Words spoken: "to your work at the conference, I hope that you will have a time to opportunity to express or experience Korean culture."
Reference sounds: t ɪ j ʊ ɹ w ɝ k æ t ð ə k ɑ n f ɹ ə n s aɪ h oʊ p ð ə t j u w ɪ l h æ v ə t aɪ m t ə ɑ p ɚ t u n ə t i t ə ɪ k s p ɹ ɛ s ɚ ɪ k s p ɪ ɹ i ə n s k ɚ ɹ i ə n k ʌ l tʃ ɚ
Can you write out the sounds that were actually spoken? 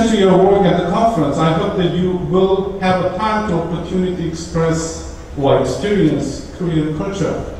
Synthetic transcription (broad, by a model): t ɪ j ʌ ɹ w ɝ k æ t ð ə k ɑ n f ɹ ə n s aɪ h oʊ p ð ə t j u w ɪ l h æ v ə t aɪ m t ə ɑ p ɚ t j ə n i t ə ɪ k s p ɹ ɛ s ɚ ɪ k s p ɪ ɹ i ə n s k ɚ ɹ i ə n k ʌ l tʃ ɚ